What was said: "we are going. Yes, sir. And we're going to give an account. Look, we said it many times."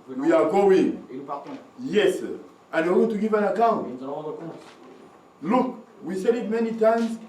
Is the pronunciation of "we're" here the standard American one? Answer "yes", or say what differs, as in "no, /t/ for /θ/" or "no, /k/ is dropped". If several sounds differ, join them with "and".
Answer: no, /l/ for /ɹ/